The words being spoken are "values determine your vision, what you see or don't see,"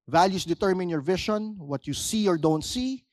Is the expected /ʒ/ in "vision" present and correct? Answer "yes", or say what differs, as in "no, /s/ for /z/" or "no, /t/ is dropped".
no, /ʃ/ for /ʒ/